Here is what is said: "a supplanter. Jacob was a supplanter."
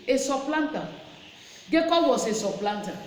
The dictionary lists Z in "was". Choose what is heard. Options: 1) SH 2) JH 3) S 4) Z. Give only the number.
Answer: 3